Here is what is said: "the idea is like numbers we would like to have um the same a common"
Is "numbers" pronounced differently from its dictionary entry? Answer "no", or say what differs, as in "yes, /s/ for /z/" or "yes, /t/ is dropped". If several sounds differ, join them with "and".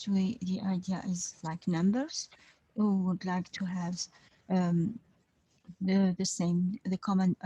no